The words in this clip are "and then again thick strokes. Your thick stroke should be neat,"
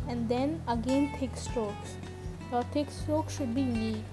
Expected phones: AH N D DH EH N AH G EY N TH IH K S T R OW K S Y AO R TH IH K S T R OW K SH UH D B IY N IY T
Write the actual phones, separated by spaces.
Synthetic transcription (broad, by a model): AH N D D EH N AH G EY N T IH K S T OW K S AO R T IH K S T OW K SH UH D B IY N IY